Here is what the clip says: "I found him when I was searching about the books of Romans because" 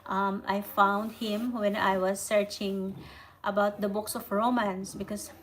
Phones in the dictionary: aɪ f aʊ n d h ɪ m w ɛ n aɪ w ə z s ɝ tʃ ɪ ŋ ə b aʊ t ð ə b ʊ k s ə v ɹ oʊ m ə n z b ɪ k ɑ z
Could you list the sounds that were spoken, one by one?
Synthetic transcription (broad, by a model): aɪ f aʊ n d h ɪ m w ɛ n aɪ w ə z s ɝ tʃ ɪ ŋ ə b aʊ t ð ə b ʊ k s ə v ɹ oʊ m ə n s b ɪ k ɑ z